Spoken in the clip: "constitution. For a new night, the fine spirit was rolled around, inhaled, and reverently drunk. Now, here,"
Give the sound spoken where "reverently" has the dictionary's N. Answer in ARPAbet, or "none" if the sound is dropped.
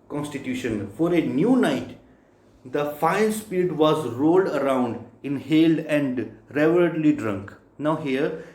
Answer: none